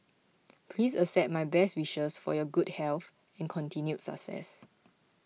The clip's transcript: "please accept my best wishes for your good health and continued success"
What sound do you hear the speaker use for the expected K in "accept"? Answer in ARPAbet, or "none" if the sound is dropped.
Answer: none